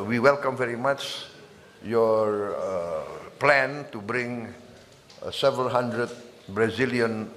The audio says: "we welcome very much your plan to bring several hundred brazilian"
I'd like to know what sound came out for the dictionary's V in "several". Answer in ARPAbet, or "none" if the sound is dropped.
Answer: V